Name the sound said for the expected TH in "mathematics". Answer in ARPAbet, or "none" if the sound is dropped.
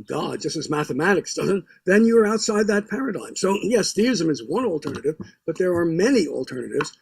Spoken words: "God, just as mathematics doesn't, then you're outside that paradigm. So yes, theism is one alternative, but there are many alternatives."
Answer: TH